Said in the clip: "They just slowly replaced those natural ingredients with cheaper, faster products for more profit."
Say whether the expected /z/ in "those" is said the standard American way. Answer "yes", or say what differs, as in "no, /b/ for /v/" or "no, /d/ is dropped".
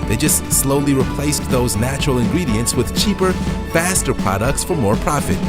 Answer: yes